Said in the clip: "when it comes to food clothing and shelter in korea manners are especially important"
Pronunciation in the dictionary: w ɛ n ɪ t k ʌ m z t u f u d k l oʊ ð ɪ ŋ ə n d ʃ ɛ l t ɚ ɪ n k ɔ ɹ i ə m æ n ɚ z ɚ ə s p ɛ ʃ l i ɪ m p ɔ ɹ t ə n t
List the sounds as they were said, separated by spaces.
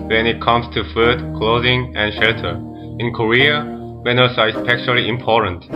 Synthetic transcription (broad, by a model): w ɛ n ɪ t k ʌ m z t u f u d k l oʊ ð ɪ ŋ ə n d ʃ ɛ l t ɚ ɪ n k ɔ ɹ i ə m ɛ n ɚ s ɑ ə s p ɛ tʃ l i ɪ m p ɔ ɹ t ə n t